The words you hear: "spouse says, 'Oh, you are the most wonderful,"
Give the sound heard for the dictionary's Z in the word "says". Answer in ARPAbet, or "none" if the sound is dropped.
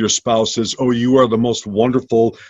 Z